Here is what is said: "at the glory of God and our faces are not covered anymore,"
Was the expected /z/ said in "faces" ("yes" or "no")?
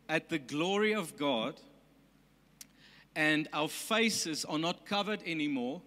yes